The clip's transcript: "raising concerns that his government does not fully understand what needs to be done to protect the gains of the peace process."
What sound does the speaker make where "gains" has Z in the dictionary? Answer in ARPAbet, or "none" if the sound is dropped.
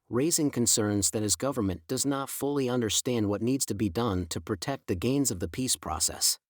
Z